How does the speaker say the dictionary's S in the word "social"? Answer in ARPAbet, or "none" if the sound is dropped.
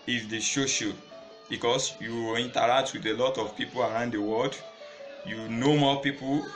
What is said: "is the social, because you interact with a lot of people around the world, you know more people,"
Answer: SH